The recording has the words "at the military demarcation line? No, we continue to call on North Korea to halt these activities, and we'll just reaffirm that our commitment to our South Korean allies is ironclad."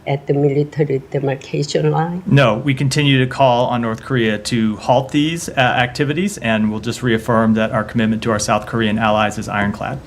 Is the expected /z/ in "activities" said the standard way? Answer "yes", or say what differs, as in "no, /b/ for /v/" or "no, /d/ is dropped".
yes